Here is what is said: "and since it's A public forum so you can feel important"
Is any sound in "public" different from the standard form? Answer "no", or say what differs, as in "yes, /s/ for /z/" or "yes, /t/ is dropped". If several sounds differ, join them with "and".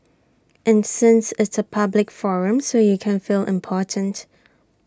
no